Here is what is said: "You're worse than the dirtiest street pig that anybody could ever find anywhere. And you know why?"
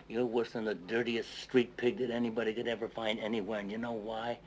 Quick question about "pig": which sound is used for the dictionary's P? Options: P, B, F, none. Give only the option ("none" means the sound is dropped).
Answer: P